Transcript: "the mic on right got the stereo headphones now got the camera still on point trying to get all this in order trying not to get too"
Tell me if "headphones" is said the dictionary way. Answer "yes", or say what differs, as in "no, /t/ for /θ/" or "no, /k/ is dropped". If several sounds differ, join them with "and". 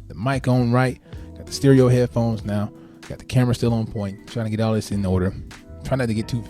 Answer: yes